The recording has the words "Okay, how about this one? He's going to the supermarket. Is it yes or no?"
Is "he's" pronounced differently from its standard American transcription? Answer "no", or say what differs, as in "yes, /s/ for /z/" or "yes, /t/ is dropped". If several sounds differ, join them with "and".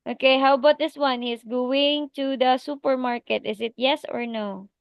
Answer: yes, /s/ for /z/